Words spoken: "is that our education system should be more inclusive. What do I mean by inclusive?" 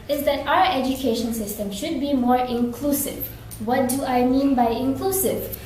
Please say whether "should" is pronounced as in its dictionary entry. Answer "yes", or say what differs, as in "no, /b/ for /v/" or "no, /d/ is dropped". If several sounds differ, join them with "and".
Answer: yes